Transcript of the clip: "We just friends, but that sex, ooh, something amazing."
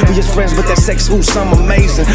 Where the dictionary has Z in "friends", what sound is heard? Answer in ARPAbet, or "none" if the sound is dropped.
Z